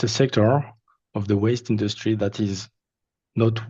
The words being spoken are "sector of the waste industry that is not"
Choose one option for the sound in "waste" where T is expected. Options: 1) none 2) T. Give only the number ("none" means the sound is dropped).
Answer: 2